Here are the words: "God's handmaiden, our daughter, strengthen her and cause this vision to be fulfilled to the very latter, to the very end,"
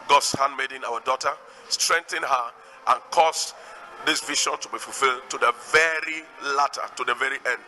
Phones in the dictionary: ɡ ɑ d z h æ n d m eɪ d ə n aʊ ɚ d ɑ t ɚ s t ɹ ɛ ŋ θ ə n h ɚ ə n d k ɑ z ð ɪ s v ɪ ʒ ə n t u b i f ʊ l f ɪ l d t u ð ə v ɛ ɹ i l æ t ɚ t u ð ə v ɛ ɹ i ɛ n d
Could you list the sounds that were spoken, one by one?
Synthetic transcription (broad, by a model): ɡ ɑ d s h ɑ n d m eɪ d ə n aʊ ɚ d ɑ t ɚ s t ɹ ɛ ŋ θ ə n h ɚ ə n k ɑ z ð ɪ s v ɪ ʃ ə n t u b i f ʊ l f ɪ l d t u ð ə v ɛ ɹ i l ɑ t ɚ t u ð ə v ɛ ɹ i ɛ n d